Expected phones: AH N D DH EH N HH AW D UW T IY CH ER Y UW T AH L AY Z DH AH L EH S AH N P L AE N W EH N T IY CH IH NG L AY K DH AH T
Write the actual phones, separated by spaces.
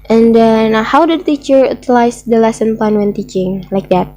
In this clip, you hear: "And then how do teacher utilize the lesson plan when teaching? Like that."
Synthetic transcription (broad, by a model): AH N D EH N HH AW D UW T IY CH ER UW T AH L AY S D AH L EH S AH N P AA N W EH N T IY CH IH NG L AY K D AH T